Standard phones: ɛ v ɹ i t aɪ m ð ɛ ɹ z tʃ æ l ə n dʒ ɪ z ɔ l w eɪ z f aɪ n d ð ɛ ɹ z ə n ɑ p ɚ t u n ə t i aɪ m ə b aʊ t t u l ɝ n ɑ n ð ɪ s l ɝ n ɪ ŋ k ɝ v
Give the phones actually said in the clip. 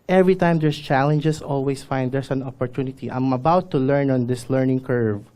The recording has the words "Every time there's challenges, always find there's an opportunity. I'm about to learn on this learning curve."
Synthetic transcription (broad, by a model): ɛ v ɹ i t aɪ m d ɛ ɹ s tʃ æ l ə n dʒ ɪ s ɔ l w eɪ s f aɪ n d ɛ ɹ s ə n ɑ p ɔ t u n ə t i aɪ m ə b aʊ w t u l ɝ n ɑ n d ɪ s l ɝ n ɪ ŋ k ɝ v